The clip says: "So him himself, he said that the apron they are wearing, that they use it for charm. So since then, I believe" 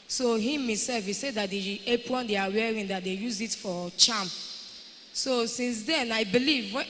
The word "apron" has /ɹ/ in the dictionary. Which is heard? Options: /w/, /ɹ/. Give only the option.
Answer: /w/